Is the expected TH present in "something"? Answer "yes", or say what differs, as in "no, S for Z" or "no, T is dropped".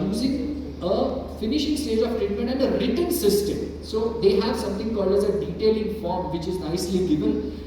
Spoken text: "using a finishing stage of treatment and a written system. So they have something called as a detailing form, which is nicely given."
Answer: no, T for TH